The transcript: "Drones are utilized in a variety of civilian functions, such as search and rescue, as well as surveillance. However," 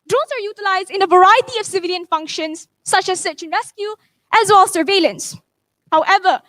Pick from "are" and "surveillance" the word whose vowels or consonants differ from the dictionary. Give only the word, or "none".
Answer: none